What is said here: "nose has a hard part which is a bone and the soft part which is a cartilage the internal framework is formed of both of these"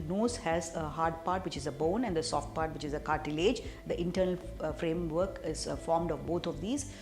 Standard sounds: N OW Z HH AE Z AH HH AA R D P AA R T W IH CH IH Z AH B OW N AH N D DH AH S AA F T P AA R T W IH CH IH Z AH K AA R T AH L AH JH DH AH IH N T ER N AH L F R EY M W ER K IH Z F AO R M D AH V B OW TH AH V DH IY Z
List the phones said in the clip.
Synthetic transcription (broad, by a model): N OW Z HH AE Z AH HH AA R D P AA R T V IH CH IH Z AH B OW N AH N D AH S AA F T P AA R T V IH CH IH Z AH K AA R T AH L AH JH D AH IH N T ER N AH L F R EY M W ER K IH Z F AO R M D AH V B OW T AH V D IY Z